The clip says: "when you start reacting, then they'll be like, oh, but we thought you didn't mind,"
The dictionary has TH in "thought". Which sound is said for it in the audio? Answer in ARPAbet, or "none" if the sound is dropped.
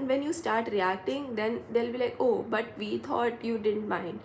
T